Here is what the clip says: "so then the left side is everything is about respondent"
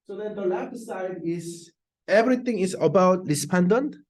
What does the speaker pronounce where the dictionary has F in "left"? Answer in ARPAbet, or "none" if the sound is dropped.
none